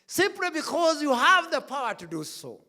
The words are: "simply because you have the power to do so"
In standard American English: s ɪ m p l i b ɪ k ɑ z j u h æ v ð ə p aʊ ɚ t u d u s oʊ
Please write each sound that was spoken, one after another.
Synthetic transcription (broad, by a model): s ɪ m p l i b ɪ k ɑ z j u h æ v ð ə p aʊ ɚ t u d u s oʊ